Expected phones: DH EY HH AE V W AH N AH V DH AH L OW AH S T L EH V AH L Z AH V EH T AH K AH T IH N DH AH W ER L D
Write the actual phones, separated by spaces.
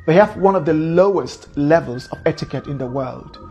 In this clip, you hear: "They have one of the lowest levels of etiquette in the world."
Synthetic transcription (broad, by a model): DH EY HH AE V W AH N AH V DH AH L OW AH S T L EH V AH L Z AH V EH T AH K AH T IH N DH AH W ER L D